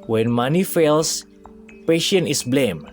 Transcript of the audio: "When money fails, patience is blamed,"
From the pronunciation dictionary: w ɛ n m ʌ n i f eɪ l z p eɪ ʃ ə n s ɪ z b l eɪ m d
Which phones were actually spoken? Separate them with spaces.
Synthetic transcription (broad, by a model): w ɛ n m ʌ n i f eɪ l s p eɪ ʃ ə n ɪ s b l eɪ m